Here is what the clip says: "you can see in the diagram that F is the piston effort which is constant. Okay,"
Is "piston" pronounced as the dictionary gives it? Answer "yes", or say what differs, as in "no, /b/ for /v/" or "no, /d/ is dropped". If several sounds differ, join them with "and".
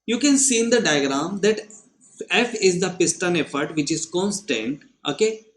yes